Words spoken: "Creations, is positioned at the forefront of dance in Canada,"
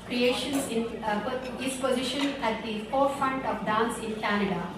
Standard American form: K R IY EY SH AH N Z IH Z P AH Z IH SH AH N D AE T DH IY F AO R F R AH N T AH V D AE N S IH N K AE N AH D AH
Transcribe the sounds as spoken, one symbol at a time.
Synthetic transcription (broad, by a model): K R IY EY SH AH N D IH S P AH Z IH SH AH N AE T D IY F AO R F R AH N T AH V D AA N S IH N K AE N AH D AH